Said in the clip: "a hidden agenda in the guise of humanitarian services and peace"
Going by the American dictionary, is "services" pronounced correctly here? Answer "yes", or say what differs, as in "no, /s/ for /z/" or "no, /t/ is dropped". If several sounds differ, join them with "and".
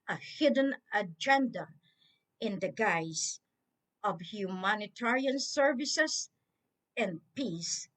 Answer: no, /s/ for /z/